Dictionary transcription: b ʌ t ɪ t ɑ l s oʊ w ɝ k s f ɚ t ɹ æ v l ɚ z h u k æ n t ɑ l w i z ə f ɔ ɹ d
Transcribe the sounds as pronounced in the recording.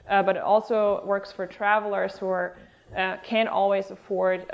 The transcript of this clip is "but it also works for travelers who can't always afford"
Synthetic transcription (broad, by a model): b ʌ t ɪ t ɑ l s oʊ w ɝ k s f ɚ t ɹ æ v l ɚ z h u k æ n t ɑ l w i z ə f ɔ ɹ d